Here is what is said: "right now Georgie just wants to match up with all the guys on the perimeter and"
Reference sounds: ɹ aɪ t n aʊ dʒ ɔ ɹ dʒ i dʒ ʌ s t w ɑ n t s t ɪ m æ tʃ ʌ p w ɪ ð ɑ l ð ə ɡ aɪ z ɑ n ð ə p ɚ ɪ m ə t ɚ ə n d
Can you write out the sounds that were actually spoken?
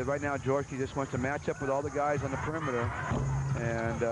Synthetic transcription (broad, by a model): ɹ aɪ t n aʊ dʒ ɔ ɹ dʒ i dʒ ʌ s t w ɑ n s t ɪ m æ tʃ ʌ p w ɪ ð ɑ l ð ə ɡ aɪ z n ð ə p ɚ ɪ m ə t ɚ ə n